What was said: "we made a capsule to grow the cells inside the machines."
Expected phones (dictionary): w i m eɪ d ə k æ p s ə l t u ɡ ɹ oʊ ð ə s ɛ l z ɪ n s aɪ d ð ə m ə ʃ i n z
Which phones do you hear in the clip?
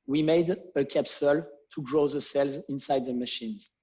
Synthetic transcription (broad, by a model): w i m eɪ d ə k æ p s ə l t u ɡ ɹ oʊ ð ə s ɛ l z ɪ n s aɪ d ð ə m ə ʃ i n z